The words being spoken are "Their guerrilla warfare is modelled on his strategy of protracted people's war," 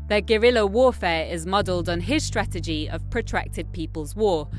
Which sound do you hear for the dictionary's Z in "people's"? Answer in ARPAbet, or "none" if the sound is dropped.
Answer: Z